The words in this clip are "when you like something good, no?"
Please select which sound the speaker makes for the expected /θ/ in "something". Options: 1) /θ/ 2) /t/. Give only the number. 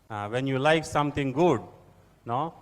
2